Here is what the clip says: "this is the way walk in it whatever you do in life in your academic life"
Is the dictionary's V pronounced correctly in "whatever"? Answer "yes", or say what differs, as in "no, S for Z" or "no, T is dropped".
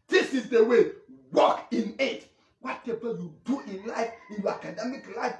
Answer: no, P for V